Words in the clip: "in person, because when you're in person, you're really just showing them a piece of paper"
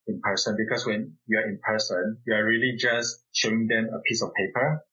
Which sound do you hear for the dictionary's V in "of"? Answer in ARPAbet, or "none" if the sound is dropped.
F